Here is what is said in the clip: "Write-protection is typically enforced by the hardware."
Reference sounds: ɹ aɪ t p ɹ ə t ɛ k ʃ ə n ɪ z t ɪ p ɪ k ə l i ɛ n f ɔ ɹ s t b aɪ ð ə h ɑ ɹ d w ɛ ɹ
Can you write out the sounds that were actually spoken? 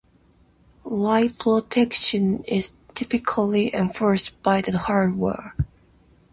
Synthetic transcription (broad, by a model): l aɪ p ɹ ə t ɛ k ʃ ə n ɪ z t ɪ p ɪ k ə l i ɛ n f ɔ ɹ s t b aɪ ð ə h ɑ ɹ d w ɛ ɹ